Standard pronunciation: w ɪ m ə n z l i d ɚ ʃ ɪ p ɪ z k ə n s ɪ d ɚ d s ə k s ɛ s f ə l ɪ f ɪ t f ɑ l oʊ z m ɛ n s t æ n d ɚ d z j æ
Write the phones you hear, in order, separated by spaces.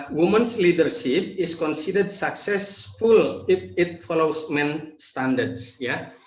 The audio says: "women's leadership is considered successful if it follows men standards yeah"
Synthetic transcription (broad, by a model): w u m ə n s l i d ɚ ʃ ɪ p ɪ s k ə n s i d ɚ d s ə k s ɛ s f ə l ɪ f ɪ t f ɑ l oʊ s m ɛ n s t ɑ n d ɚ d s j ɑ